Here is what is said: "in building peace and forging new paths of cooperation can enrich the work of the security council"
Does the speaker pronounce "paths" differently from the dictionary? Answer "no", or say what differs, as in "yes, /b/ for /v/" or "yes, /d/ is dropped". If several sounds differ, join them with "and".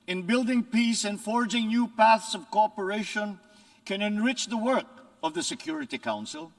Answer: no